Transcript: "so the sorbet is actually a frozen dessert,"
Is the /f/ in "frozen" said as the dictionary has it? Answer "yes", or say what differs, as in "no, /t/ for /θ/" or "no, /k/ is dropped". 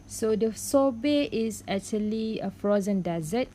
yes